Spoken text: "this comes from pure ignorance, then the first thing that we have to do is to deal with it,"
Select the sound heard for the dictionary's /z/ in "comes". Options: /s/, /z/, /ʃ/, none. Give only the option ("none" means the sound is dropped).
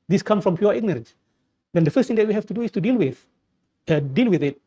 none